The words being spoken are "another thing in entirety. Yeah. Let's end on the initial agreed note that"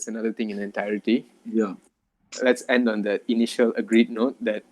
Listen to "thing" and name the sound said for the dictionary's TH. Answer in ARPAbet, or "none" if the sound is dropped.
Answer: T